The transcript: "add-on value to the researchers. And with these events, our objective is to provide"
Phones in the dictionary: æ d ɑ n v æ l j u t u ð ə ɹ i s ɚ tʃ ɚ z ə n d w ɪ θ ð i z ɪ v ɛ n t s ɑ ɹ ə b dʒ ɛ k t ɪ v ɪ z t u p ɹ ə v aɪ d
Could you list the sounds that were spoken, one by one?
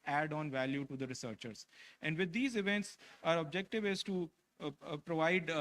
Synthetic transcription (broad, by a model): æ d ɑ n v æ l j u t u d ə ɹ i s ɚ tʃ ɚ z ə n d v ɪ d i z ɪ v ɛ n t s ɑ ɹ ə b dʒ ɛ k t ɪ v ɪ z t u p ɹ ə v aɪ d